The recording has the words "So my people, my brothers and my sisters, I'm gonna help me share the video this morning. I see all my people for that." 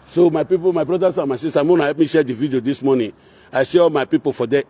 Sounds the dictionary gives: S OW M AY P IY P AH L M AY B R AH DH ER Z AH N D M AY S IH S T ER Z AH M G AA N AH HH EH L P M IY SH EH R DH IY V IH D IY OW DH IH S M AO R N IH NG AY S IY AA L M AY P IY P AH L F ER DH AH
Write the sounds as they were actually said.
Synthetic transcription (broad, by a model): S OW M AY P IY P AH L M AY B R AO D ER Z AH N M AY S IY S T AH M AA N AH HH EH P M IY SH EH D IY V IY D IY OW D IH S M AO N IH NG AY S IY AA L M AY P IY P AH L F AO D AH